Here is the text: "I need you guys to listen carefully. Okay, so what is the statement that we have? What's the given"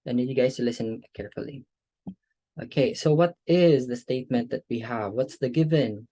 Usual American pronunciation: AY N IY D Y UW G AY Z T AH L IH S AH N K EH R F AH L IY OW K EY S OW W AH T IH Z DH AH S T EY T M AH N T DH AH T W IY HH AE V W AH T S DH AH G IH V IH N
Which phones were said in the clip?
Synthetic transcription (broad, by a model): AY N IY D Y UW G AY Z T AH L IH S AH N K EH R F AH L IY OW K EY S OW W AH T IH Z DH AH S T EY T M AH N T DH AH T W IY HH AE V W AH T S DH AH G IH V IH N